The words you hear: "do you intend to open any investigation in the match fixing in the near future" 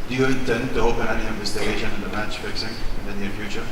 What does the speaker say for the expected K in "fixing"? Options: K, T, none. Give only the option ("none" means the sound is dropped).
K